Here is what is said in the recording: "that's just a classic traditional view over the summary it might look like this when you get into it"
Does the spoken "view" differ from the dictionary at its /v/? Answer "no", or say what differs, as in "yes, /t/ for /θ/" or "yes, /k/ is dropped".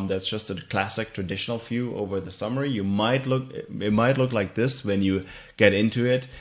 yes, /f/ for /v/